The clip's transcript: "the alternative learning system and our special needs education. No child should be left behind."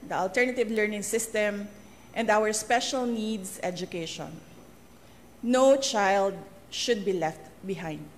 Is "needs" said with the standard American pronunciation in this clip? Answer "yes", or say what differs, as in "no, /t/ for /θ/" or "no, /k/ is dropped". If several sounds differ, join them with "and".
no, /s/ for /z/